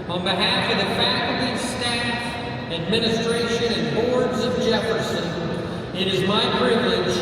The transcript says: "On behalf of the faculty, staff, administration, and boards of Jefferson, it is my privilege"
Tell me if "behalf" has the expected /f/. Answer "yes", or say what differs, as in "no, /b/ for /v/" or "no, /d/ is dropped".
yes